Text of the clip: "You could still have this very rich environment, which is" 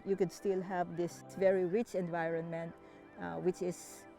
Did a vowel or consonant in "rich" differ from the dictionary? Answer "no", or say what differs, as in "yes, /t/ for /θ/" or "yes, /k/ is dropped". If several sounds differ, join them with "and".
no